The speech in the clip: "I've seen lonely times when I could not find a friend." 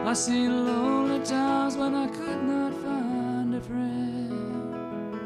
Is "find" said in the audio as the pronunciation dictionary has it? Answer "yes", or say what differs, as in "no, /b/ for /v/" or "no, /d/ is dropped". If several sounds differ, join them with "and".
yes